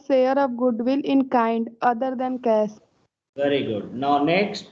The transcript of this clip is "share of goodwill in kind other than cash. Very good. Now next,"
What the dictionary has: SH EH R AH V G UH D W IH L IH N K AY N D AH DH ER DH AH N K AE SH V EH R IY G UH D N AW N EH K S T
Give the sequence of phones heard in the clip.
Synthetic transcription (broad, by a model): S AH R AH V G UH D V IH L IH N K AY N D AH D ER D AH N K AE S V EH R IY G UH D N AW N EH K S T